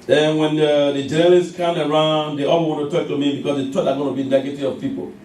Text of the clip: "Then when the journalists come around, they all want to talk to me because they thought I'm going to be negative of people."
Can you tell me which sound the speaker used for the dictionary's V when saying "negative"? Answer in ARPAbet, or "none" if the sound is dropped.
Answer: none